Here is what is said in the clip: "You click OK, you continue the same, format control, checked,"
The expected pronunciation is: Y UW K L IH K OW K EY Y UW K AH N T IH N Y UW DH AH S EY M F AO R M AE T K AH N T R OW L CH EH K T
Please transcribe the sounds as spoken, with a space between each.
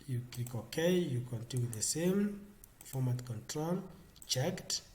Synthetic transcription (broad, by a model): Y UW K IY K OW K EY Y UW K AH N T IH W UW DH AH S EY M F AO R M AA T K AH N T R OW L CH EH K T